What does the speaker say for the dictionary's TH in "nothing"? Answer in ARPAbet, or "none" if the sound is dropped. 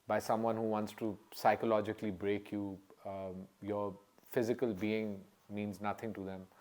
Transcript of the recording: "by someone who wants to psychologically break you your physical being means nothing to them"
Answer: T